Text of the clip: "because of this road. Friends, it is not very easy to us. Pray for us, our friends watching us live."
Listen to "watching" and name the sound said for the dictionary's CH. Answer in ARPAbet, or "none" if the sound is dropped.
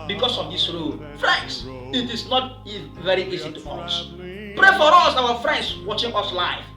CH